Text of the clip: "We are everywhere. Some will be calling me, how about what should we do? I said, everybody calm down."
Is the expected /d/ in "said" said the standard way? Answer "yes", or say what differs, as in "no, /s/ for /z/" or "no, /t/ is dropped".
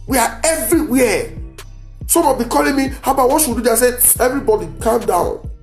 no, /d/ is dropped